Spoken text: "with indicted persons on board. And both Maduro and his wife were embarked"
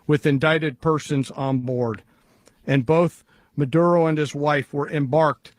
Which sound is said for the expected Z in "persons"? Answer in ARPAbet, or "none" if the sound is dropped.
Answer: Z